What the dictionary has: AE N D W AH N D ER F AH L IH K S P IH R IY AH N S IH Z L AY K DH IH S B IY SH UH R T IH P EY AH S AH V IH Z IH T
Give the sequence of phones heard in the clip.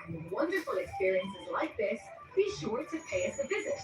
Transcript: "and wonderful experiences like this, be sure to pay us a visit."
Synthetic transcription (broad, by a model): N W AH N D ER F AH L IH K S P IH R IY AH N S IH Z L AY K DH IH S B IY SH UH R T IH P EY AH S AH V IH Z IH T